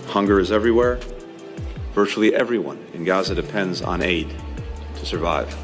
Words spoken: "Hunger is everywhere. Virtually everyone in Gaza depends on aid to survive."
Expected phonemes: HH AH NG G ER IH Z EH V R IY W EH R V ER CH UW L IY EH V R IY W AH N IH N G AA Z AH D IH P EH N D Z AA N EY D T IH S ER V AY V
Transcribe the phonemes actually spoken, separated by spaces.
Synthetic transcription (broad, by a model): HH AH NG G ER IH Z EH V R IY W EH R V ER CH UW L IY EH V R IY W AH N IH N G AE Z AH D IH P EH N D Z N EY D T IH S ER V AY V